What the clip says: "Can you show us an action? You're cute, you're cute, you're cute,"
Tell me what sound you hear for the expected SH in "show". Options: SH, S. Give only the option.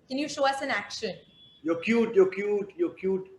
SH